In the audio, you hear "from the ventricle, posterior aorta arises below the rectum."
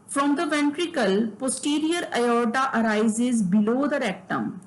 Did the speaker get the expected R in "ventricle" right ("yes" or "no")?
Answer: yes